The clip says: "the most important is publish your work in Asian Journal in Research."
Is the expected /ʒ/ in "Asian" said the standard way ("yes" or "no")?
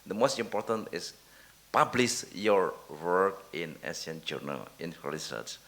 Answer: no